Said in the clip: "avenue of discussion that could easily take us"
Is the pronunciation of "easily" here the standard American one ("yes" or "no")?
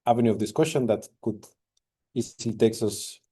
no